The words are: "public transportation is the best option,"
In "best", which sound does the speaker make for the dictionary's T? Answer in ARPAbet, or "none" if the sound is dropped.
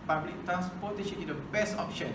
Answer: none